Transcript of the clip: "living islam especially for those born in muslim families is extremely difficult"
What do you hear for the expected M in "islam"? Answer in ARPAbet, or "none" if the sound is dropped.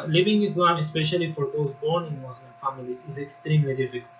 M